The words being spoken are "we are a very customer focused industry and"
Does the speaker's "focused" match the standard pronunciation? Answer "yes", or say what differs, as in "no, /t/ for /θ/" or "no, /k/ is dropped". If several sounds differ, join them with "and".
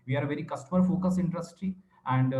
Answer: no, /t/ is dropped